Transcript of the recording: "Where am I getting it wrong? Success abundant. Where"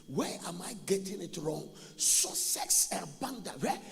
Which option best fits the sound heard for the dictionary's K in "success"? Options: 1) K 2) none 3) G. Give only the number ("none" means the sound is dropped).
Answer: 2